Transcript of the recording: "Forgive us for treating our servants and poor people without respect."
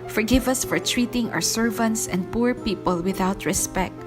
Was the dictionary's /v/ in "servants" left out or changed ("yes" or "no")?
no